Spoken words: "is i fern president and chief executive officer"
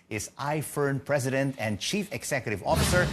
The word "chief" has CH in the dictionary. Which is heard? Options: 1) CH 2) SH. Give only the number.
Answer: 1